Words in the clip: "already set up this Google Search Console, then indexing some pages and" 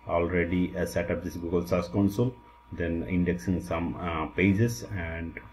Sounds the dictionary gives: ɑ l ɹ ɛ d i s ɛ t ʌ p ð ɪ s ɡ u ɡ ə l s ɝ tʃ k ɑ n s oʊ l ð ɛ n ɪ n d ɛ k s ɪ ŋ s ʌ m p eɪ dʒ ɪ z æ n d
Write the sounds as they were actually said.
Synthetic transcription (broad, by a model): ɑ l ɹ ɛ d i s ɛ t ʌ p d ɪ s ɡ u ɡ ə l s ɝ s k ɑ n s oʊ l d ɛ n ɪ n d ɛ k s ɪ ŋ s ʌ m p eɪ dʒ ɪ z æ n d